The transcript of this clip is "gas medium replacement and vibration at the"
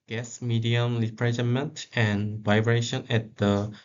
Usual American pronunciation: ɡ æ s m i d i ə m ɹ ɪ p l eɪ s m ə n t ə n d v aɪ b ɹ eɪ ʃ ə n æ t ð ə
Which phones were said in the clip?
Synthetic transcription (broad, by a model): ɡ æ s m i d i ə m l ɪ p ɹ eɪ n m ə n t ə n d v aɪ b ɹ eɪ ʃ ə n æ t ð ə